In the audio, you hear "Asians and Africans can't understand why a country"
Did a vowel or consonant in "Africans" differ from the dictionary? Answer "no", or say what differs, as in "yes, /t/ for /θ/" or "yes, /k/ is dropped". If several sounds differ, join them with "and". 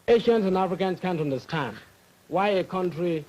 yes, /s/ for /z/